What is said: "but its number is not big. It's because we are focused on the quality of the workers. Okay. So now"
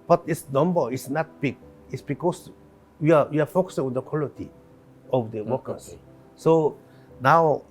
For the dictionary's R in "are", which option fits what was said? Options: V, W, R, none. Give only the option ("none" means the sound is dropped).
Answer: W